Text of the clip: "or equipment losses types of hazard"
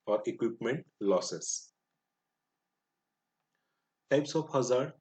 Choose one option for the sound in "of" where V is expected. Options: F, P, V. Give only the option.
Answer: P